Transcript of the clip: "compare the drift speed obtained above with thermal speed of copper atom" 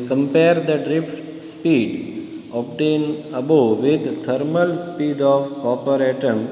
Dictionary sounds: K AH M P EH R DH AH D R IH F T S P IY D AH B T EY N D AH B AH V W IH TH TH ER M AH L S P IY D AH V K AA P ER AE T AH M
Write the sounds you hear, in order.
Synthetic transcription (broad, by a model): K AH M P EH R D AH D R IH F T S P IY D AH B T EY N AH B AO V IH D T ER M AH L S P IY D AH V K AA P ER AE T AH M